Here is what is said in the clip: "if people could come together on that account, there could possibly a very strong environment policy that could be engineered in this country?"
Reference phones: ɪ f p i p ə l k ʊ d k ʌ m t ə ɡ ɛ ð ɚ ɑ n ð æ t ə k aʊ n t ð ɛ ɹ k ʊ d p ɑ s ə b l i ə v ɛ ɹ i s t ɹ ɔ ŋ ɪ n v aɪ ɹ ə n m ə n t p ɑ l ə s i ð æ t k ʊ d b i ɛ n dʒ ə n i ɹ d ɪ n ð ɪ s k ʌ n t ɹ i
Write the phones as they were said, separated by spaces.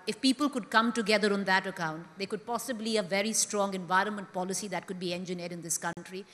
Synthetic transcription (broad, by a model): ɪ f p i p ə l k ʊ d k ʌ m t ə ɡ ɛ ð ɚ ɑ n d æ t ə k aʊ n t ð ɛ k ʊ d p ɑ s ə b l i ə v ɛ ɹ i s t ɹ ɔ ŋ ɪ n v aɪ ɹ ə n m ə n t p ɑ l ə s i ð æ t k ʊ d b i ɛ n dʒ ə n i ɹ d ɪ n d ɪ s k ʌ n t ɹ i